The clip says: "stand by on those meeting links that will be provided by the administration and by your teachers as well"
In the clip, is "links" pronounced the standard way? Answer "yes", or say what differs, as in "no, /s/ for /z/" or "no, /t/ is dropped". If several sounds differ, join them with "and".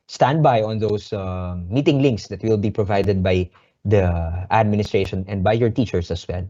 yes